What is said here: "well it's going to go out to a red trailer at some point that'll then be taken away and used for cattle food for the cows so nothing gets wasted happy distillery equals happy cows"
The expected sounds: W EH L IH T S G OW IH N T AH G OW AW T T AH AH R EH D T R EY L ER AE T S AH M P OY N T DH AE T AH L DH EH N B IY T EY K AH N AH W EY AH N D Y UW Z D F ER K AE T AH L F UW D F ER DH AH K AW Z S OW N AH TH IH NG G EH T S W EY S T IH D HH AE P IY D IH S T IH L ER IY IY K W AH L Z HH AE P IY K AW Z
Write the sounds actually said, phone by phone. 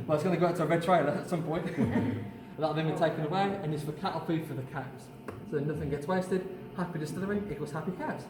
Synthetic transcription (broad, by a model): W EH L IH T S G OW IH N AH G OW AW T T AH AH R EH D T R EY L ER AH T S AH M P OY N T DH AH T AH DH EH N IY T EY K AH N AH W EY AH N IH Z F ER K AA T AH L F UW F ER DH AH K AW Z S OW N AH TH IH NG G EH T S W EY S T IH D HH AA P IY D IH S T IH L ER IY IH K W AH Z HH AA P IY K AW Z